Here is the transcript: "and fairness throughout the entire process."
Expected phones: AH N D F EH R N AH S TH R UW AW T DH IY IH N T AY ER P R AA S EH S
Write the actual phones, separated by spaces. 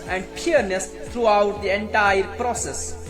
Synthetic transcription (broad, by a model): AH N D P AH R N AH S T R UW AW T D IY IH N T AY ER P R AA S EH S